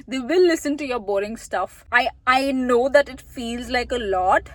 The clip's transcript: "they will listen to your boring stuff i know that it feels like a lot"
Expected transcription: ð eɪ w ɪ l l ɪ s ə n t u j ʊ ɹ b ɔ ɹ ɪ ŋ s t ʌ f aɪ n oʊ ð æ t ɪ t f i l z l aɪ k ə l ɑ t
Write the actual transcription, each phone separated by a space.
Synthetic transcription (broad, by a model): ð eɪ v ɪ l l ɪ s ə n t u j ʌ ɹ b ɔ ɹ ɪ ŋ s t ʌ f aɪ n oʊ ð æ t ɪ t f i l z l aɪ k ə l ɑ t